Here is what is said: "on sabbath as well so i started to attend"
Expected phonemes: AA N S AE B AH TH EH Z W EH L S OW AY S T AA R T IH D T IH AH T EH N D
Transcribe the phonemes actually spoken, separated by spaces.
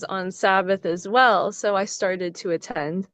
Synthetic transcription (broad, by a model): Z N S AE B AH TH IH Z W EH L S OW AY S T AA R T IH D T IH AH T EH N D